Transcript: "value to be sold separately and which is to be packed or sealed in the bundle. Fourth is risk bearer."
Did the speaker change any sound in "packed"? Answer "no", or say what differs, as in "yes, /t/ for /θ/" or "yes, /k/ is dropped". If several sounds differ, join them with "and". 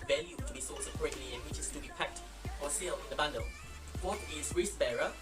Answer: no